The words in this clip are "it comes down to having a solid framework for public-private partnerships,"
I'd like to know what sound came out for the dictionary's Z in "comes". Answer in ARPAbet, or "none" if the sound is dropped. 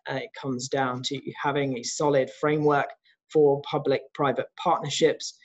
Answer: Z